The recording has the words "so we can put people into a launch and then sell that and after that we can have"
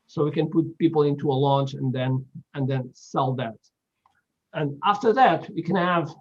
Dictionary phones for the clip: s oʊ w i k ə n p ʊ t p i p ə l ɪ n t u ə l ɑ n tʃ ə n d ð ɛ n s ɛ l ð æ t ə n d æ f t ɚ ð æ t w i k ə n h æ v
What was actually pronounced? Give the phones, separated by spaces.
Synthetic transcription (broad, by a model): s oʊ w i k ə n p ʊ t p i p l ɪ n t u ə l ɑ n tʃ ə n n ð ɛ n s ɛ l ð æ t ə n æ f t ɚ ð æ t w i k ə n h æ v